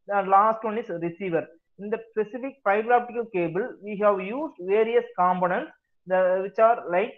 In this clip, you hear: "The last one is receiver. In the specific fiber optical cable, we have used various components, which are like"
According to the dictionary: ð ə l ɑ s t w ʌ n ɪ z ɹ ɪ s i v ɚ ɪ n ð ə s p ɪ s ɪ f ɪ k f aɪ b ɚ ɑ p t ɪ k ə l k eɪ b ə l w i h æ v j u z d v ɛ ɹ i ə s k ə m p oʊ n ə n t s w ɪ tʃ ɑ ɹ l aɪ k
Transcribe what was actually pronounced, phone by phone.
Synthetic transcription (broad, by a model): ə l ɑ s t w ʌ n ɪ s ɹ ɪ s i v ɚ ɪ n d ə s p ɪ s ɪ f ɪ k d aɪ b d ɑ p t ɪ k ə l k eɪ b ə l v i h æ v j u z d v ɛ ɹ i ə s k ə m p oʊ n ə n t s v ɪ tʃ ɑ ɹ l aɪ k